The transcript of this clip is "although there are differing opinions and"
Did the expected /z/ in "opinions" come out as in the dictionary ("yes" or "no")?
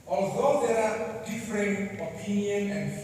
no